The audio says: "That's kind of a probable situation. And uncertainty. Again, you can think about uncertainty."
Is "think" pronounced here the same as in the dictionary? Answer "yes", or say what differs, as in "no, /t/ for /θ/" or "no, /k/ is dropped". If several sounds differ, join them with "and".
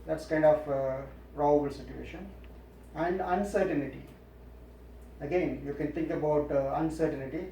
no, /t/ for /θ/